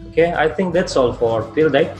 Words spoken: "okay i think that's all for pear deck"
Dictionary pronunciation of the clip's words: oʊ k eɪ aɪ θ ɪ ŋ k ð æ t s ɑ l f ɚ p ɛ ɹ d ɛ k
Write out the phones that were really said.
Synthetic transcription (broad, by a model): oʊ k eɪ aɪ t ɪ ŋ k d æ t s ɑ l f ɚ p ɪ l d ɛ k